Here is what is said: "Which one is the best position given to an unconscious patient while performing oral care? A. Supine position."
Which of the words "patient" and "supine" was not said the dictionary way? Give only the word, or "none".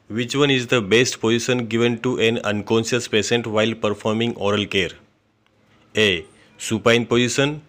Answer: patient